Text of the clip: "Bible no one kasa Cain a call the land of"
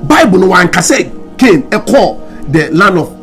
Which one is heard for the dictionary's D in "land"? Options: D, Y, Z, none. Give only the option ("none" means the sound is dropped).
none